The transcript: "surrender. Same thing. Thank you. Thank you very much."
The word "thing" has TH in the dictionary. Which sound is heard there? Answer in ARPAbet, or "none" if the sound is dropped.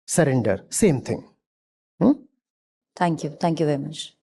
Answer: T